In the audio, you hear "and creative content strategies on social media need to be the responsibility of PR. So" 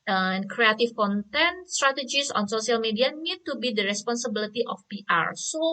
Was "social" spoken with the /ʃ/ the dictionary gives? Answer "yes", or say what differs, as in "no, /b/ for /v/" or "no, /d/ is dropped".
no, /s/ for /ʃ/